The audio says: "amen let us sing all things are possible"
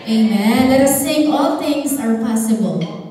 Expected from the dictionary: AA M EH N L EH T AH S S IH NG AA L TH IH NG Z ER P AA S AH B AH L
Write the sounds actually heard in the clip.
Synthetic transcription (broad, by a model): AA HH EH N L EH T AH S TH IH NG AA L TH IH NG Z ER P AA S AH B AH L